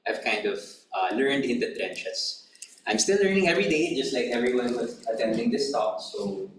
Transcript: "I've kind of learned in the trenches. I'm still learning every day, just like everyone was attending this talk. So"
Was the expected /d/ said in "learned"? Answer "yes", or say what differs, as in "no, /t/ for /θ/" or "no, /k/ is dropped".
yes